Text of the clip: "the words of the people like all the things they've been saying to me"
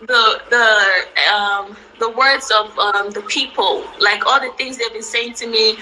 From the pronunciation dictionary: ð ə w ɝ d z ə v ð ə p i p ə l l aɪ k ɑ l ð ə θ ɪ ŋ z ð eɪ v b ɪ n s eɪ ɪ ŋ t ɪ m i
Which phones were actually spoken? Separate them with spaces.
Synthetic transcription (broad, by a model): ð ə w ɝ d z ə v ð ə p i p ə l l aɪ k ɑ l ð ə θ ɪ ŋ z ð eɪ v b ɪ n s eɪ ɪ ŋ t ɪ m i